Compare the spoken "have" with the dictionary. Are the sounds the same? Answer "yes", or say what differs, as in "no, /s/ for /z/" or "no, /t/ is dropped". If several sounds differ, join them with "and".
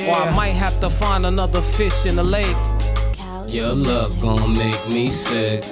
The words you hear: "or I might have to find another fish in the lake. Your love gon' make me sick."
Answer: no, /f/ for /v/